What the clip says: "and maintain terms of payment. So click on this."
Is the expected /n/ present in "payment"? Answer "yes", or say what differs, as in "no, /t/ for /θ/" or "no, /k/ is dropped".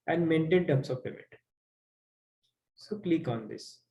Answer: no, /n/ is dropped